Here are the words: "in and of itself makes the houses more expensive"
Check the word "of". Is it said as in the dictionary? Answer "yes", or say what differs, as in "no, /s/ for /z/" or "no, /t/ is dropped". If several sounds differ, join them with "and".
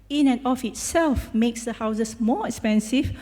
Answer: no, /f/ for /v/